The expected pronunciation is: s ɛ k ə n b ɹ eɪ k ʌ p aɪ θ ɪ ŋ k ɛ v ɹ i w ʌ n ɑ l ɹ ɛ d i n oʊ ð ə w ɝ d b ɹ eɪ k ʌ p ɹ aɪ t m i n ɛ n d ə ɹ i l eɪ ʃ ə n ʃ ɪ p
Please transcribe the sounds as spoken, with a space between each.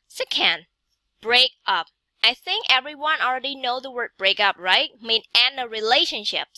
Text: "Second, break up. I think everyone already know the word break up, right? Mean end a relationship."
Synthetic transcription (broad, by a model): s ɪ k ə n b ɹ eɪ k ʌ p aɪ θ ɪ ŋ k ɛ v ɹ i w ʌ n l ɹ ɛ d i n oʊ ð ə w ɝ d b ɹ eɪ k ʌ p ɹ aɪ t m i n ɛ n ə ɹ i l eɪ ʃ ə n ʃ ɪ p